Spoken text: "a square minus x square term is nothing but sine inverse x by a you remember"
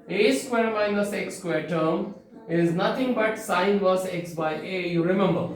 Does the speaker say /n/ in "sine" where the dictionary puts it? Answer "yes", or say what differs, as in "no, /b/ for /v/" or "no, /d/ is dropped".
no, /n/ is dropped